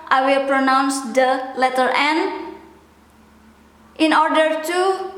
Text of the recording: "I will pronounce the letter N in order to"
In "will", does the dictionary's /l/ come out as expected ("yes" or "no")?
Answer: yes